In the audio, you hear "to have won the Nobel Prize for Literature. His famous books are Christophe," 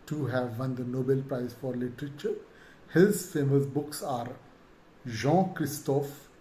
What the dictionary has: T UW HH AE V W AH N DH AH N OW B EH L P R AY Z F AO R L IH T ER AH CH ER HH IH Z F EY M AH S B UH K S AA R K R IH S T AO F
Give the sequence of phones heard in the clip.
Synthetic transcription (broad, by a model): T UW HH AE V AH N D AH N OW B EH L P R AY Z F AO R L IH T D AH CH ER HH IH Z F EY M AH S B UH K S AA R K R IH S T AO F